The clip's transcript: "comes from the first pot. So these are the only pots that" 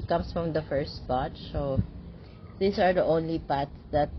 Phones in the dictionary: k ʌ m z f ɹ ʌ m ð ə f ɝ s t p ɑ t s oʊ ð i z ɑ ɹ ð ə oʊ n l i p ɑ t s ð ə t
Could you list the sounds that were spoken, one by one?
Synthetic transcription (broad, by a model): k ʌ m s f ɹ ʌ m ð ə f ɝ s t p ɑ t s oʊ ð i s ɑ ɹ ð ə oʊ n l i p ɑ t s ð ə t